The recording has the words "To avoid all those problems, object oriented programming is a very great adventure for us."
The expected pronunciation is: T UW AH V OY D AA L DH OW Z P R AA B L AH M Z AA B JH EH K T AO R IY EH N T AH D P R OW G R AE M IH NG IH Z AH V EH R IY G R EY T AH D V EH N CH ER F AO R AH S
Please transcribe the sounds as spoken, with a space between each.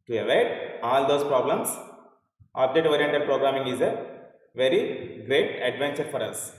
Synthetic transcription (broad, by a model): T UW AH V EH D AA L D OW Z P R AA B L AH M S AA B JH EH T AO R IY EH N T AH D P R OW G R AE M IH NG IH Z AH V EH R IY G R EY T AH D V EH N CH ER F AO R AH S